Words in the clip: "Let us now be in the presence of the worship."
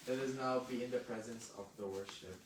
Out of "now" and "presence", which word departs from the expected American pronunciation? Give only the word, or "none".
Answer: none